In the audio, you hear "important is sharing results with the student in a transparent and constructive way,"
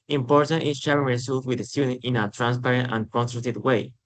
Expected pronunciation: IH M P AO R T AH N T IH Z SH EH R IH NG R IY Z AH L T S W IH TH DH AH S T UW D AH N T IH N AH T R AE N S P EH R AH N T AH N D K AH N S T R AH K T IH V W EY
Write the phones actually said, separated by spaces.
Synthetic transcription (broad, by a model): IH M P AO R T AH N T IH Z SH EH R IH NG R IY S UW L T W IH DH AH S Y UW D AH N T IH N AH T R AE N S P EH R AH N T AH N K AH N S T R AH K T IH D W EY